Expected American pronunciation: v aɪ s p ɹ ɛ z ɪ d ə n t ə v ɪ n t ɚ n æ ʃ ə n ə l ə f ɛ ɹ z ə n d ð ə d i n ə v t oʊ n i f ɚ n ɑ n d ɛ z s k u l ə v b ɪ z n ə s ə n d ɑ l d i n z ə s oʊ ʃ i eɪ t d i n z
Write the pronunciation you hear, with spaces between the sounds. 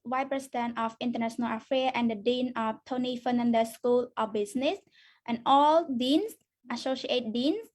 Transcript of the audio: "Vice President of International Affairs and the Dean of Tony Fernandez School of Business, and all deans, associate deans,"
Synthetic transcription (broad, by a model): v aɪ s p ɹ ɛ s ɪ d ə n t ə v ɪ n t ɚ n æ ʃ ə n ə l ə f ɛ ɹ ə n d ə d i n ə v t oʊ n i f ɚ n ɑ n d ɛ s k u l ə b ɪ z n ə s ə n ɑ l d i n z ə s oʊ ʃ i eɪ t d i n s